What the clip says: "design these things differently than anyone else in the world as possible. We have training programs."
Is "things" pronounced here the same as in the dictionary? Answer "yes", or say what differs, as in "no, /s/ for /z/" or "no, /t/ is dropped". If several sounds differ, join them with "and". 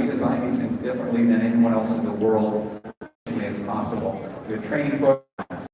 yes